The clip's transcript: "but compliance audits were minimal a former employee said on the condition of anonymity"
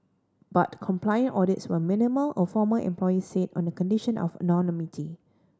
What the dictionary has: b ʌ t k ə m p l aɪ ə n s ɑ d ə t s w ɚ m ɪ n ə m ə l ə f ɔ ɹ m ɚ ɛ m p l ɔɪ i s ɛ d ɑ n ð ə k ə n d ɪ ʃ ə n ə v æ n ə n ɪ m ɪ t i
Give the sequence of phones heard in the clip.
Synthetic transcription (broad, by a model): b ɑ t k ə m p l aɪ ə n ɑ d ə t s w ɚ m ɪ n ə m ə l ə f ɔ m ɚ ɛ m p l ɔɪ i s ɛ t ɑ n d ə k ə n d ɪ ʃ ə n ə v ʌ n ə n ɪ m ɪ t i